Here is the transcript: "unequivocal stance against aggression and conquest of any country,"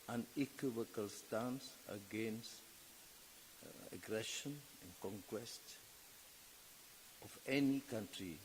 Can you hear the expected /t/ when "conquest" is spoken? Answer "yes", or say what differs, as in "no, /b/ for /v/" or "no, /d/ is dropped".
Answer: yes